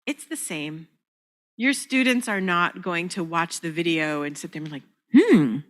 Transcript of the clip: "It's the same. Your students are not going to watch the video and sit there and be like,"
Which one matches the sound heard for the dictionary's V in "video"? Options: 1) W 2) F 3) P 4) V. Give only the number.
4